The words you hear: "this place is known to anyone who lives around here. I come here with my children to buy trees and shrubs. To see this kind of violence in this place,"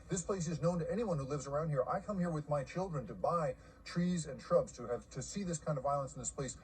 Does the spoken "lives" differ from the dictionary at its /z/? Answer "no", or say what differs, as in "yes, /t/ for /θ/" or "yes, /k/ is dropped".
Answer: no